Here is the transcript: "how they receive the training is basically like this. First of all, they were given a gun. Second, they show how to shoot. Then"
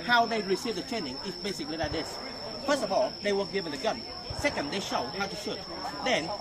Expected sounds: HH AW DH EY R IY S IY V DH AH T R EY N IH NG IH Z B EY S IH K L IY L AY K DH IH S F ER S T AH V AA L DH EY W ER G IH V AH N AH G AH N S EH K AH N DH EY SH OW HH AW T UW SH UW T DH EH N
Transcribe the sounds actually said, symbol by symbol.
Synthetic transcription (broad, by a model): HH AW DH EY R IY S IY V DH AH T EY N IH NG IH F B EY S IH K L IY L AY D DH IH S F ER S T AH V AA L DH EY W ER G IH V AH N AH G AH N S EH K AH N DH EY SH OW HH AW T UW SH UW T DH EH N